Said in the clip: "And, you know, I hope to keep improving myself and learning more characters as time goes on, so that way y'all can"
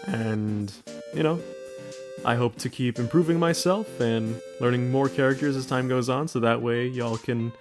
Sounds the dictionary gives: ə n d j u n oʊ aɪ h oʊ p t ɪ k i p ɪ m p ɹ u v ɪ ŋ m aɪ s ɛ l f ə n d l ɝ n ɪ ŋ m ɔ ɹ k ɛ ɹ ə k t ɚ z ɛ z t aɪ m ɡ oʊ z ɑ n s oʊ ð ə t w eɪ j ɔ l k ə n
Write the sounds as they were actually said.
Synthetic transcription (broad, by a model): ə n j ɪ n oʊ aɪ h oʊ p t ɪ k i p ɪ m p ɹ u v ɪ ŋ m aɪ s ɛ l f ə n l ɝ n ɪ ŋ m ɔ ɹ k ɛ ɹ ə k t ɚ z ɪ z t aɪ m ɡ oʊ z n s oʊ ð ə t w eɪ j ɔ l k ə n